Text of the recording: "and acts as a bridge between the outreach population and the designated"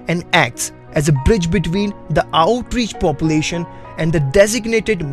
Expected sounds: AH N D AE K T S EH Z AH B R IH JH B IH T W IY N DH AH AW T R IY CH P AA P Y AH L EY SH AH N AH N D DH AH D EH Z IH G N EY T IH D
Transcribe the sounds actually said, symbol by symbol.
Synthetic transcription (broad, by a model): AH N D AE K T S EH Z AH B R IH JH B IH T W IY N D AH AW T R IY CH P AA P Y AH L EY SH AH N AH N D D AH D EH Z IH G N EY T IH D